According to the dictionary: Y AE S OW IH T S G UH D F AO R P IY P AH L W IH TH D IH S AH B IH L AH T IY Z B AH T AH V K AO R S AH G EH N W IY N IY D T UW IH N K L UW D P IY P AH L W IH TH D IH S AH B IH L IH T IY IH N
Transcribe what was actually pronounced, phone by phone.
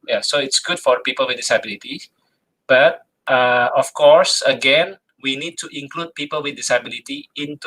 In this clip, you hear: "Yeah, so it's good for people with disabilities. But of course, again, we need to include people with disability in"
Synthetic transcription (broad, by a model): Y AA S OW IH T S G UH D F AO R P IY P AH L W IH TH D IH S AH B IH L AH T IY B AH T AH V K AO R S AH G EH N W IY N IY D T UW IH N K L UW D P IY P AH L W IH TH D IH S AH B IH L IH T IY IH N